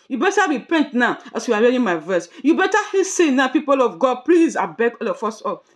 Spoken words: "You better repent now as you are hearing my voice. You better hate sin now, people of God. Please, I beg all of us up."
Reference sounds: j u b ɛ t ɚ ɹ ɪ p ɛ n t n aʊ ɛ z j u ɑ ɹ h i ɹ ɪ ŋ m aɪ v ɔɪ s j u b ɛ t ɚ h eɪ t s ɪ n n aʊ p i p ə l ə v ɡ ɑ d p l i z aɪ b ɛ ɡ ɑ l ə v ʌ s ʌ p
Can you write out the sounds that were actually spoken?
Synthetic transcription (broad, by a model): j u b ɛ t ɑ ɹ ɪ p ɛ n t n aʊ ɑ s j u ɑ ɹ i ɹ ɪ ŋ m aɪ v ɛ s j u b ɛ t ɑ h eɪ s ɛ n n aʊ p i p ə l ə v ɡ ɑ d p l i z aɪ b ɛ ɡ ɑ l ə f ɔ s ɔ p